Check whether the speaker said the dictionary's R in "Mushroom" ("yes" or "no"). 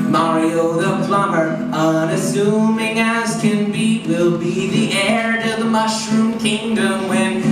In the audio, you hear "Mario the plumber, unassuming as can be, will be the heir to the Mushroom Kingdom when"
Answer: yes